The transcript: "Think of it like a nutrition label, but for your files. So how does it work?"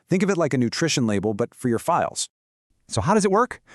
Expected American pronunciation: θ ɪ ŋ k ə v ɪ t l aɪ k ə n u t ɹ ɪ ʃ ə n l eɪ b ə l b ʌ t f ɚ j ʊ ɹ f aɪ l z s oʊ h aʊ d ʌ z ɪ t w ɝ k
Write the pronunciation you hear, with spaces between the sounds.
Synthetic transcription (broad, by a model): θ ɪ ŋ k ə v ɪ t l aɪ k ə n u t ɹ ɪ ʃ ə n l eɪ b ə l b ʌ t f ɚ j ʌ ɹ f aɪ l z s oʊ h aʊ d ʌ z ɪ t w ɝ k